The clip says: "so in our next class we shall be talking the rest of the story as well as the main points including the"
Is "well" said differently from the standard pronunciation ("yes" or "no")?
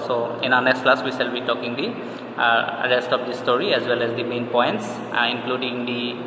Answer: no